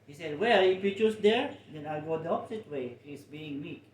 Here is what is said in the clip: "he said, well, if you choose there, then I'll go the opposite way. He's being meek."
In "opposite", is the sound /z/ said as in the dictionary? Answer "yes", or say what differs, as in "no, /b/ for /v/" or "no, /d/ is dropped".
no, /s/ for /z/